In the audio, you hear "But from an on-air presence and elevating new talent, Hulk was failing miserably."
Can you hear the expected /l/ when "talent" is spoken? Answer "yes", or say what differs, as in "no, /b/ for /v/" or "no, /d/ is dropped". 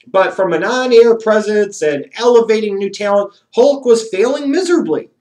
no, /l/ is dropped